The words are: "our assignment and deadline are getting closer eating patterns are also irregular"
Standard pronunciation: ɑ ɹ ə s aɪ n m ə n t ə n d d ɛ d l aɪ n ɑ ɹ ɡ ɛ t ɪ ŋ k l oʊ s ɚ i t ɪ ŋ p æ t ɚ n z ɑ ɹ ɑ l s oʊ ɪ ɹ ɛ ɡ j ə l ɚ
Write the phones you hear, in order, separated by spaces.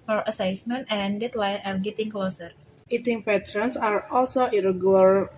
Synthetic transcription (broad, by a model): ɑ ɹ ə s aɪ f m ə n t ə n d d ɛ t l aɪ ɑ ɹ ɡ ɛ t ɪ ŋ k l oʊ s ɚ i t ɪ ŋ p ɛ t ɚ n s ɑ ɹ ɑ l s oʊ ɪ ɹ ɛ ɡ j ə l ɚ